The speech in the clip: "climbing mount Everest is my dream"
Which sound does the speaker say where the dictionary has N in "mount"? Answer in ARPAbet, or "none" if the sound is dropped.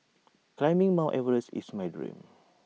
none